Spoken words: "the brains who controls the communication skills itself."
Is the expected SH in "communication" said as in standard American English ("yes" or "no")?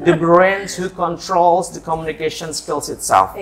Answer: yes